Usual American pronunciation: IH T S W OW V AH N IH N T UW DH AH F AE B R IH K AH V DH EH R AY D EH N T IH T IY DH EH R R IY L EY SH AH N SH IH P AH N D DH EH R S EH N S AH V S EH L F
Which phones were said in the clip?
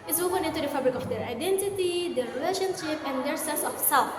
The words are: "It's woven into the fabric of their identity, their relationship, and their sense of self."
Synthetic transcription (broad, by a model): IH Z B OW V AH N IH N T UW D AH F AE B R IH K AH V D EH R AY D EH N T IH T IY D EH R R IY L EY SH AH N SH IH P AH N D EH R S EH S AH F S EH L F